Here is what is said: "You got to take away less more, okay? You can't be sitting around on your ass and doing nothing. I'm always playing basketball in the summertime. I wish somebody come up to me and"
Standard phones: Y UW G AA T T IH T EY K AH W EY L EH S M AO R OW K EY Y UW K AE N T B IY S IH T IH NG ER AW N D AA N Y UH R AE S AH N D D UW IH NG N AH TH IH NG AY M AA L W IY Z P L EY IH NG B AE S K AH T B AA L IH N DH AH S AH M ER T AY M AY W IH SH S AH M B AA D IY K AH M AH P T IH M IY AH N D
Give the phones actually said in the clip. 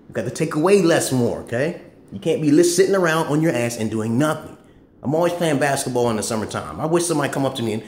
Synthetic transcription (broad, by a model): Y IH G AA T T IH T EY K AH W EY L EH S M AO R OW K EY Y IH K AE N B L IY S IH T IH NG ER AW N D N Y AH R AE S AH N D D UW IH NG N AH TH IH NG AY M AA L W IY Z P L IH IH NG B AE S K AH T B AA L IH N DH AH S AH M ER T AY M AY W IH SH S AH M AA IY K AH M AH P T IH M IY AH N